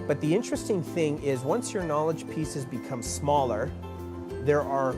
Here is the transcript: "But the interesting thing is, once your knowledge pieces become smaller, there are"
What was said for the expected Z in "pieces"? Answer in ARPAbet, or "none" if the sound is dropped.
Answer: Z